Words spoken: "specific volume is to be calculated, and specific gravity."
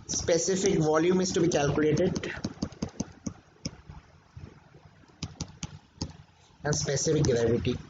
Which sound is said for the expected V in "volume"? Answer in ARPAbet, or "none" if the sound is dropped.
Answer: V